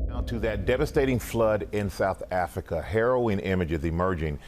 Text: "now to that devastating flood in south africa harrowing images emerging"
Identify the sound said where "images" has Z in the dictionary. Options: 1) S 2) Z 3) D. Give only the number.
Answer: 2